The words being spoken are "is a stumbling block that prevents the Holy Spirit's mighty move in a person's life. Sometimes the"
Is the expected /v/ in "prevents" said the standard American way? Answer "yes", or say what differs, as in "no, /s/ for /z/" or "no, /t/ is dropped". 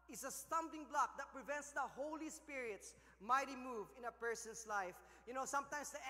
yes